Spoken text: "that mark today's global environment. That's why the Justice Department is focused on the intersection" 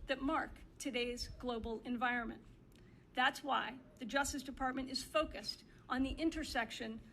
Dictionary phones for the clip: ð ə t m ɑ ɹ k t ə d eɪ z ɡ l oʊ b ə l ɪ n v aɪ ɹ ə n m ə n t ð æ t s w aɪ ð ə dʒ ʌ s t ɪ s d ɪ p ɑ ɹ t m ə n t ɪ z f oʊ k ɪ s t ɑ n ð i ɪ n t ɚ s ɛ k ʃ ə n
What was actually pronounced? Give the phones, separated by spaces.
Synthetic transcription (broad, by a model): ð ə t m ɑ ɹ k t ə d eɪ z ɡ l oʊ b l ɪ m v aɪ ɹ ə n m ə n ð æ t s w aɪ ð ə dʒ ʌ s t ɪ s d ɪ p ɑ ɹ t m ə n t ɪ z f oʊ k ɪ s t n ð i ɪ n t ɚ s ɛ k ʃ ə n